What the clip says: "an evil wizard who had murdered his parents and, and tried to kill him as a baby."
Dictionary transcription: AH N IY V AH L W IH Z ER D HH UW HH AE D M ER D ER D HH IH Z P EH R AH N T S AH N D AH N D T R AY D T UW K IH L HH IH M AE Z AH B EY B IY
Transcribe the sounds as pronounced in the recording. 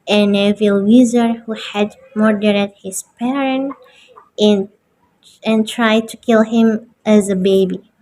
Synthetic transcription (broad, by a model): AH N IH V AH L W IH Z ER HH UW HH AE D M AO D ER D HH IH Z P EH R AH N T AH N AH N T R AY D T UW K IH L HH IH M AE Z AH B EY B IY